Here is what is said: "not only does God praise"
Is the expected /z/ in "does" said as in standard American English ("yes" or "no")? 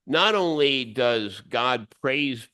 yes